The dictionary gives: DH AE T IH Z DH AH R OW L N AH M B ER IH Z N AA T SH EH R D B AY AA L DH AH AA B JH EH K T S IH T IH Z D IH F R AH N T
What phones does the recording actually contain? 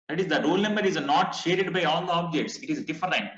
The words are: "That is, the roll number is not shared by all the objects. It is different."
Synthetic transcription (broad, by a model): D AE T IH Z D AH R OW L N AH M B ER IH Z N AA T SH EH R D B AY AA L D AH AA B JH EH K T S IH T IH Z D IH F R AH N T